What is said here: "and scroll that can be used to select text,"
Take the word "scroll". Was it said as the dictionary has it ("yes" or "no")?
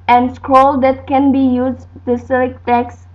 yes